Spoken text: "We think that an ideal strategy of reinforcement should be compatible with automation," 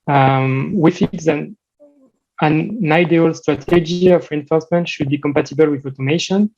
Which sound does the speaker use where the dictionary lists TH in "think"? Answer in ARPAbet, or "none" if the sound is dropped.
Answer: F